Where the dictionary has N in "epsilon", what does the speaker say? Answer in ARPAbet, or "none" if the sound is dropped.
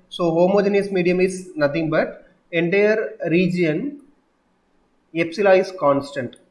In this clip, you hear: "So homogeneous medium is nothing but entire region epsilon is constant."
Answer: none